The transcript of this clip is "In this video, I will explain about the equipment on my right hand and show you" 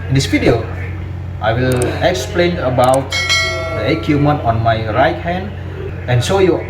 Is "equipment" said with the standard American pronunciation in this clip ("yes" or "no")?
no